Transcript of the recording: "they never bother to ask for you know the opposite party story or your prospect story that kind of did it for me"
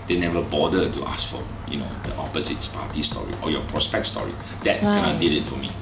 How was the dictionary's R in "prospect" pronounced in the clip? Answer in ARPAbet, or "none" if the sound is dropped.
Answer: R